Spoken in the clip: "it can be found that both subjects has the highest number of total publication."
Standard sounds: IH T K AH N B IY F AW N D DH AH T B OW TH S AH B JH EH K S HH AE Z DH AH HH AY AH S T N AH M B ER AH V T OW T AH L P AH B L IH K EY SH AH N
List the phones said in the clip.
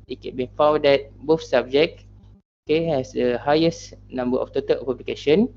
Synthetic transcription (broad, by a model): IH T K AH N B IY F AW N D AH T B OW F S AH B JH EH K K HH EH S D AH HH AY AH S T N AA M B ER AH F T OW T AH L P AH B L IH K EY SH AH N